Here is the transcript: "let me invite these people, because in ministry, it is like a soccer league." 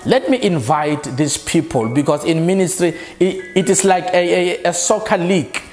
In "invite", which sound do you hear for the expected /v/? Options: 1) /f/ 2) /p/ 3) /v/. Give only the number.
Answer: 3